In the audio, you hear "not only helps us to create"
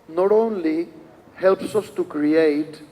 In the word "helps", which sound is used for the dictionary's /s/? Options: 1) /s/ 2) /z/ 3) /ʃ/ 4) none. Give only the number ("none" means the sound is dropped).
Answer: 1